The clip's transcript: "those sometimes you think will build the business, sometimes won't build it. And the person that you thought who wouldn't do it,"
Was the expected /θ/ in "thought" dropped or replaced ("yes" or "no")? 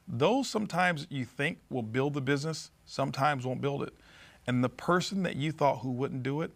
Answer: no